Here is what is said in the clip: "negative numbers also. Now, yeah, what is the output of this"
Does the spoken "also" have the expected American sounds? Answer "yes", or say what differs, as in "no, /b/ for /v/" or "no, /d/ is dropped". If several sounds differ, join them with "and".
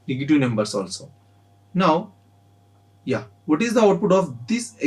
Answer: yes